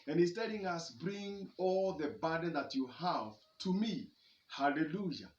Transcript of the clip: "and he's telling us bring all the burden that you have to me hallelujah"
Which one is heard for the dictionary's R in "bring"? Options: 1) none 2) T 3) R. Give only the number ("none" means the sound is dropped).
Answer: 3